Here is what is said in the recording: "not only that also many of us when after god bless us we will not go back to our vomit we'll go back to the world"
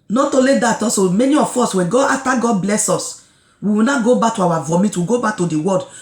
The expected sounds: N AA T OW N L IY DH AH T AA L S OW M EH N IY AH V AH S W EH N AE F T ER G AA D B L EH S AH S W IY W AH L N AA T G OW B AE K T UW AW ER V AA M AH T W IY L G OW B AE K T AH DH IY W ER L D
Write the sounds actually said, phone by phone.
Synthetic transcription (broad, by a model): N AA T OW L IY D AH T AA S OW M EH N IY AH F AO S W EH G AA F T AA G AA D B L EH S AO S W IY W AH N AA G OW B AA K T UW AW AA V AA M AH T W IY G OW B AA K T AH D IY W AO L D